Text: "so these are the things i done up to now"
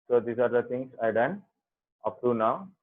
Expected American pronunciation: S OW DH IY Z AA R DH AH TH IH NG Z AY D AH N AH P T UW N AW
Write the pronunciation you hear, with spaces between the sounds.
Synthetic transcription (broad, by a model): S OW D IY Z AA R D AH T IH NG S AY D AH N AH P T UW N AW